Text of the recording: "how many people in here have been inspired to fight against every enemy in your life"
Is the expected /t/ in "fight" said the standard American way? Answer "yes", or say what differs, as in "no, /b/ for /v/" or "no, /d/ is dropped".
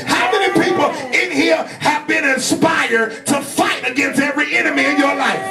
yes